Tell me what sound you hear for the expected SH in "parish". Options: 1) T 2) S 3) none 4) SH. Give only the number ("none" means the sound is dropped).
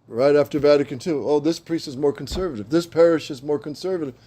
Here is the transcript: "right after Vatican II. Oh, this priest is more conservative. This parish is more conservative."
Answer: 4